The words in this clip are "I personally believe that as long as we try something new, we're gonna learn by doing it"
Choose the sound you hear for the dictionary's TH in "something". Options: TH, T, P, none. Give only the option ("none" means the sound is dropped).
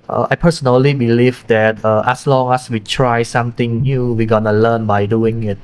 T